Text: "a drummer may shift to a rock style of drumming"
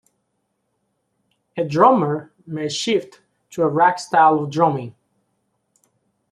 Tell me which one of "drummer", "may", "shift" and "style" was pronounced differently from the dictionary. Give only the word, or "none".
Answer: none